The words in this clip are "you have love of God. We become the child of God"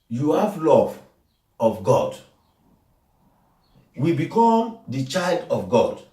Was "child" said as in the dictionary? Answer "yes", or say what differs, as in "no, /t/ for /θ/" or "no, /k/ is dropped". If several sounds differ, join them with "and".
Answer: yes